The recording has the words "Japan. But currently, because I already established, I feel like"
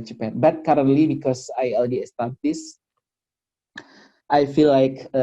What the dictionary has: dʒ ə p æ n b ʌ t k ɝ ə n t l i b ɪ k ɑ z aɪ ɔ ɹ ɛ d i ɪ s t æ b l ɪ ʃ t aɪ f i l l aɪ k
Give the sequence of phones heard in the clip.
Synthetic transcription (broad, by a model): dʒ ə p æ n b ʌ t k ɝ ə n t l i b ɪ k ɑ s aɪ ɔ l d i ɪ s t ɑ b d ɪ s t aɪ f i l l aɪ k